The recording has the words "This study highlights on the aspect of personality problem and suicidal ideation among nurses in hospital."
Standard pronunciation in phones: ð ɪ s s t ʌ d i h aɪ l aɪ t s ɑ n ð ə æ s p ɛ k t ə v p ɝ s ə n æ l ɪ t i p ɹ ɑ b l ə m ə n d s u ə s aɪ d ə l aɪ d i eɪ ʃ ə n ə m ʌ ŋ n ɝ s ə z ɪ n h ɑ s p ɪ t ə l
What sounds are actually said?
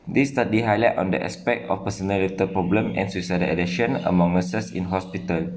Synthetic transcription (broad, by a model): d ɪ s s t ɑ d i h aɪ l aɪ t ɑ n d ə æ s p ɛ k t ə f p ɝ s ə n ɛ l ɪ t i p ɹ ɑ b l ə m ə n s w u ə s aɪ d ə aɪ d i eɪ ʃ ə n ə m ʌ ŋ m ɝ s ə s ɪ n h ɑ s p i t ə l